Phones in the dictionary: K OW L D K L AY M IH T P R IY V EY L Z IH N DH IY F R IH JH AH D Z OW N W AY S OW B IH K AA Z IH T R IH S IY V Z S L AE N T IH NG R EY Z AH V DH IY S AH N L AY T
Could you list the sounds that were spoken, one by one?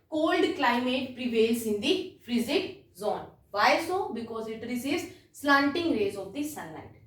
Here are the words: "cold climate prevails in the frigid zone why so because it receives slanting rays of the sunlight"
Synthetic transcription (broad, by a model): K OW L D K L AY M IH T P R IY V EY L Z IH N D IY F R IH Z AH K Z OW N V AY S OW B IH K AA Z IH T R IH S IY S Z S L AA N T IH NG R EY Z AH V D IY S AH N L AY T